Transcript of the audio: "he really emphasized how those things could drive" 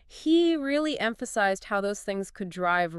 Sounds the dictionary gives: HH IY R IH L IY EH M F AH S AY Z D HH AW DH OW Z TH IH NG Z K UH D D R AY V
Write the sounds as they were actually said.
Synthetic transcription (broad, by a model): HH IY R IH L IY EH M F AH S AY Z D HH AW DH OW Z TH IH NG Z K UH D D R AY V